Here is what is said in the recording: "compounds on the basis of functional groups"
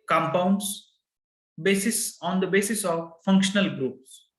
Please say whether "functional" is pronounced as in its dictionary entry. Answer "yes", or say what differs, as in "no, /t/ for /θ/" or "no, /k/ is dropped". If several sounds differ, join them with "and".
yes